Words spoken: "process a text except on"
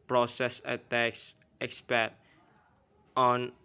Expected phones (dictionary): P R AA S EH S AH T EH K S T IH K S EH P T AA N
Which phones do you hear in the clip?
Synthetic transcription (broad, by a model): P R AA S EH S AH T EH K S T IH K S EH T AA N